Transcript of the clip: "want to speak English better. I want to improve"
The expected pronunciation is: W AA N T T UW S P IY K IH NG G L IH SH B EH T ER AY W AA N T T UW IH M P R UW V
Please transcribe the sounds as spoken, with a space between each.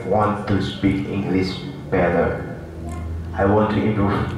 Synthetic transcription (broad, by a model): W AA N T T UW S P IY K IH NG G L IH S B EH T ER AY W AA N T T UW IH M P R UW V